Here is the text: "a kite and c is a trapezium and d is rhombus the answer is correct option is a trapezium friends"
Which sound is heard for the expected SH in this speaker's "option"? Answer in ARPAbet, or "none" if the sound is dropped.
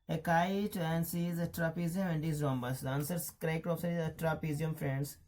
S